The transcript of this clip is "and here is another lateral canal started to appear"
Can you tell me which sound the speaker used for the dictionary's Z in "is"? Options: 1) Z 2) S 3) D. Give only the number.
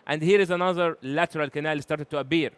1